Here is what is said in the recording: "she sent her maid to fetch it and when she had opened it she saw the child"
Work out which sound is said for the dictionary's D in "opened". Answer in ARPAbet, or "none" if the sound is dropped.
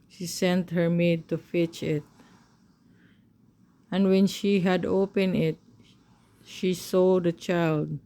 none